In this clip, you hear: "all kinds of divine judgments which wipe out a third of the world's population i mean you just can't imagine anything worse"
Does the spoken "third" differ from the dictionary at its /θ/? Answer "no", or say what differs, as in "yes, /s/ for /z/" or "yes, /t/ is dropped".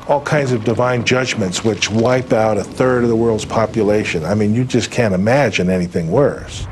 no